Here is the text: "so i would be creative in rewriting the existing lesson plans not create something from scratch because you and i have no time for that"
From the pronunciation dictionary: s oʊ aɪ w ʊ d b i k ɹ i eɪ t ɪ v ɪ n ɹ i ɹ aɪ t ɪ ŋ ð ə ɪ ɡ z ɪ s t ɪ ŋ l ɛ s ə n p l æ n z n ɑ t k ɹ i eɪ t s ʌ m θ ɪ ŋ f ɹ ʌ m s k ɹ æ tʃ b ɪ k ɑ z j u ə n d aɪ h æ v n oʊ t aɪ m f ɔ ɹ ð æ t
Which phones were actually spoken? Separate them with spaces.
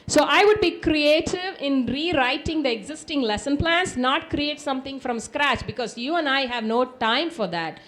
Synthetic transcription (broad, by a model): s oʊ aɪ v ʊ d b i k ɹ i eɪ t ɪ v ɪ n ɹ i ɹ aɪ t ɪ ŋ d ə ɪ ɡ z ɪ s t ɪ ŋ l ɛ s ə n p l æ n s n ɑ t k ɹ i eɪ t s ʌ m t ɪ ŋ f ɹ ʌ m s k ɹ æ tʃ b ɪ k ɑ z j u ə n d aɪ h æ v n oʊ t aɪ m f ɔ ɹ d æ t